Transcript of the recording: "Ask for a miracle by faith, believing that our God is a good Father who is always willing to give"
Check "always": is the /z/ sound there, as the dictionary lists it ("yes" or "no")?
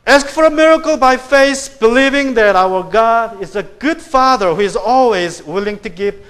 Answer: yes